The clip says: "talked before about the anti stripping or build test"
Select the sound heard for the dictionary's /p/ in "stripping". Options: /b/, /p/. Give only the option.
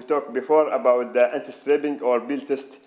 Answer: /b/